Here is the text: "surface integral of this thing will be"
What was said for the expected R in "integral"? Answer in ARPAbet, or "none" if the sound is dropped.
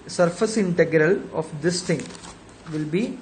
R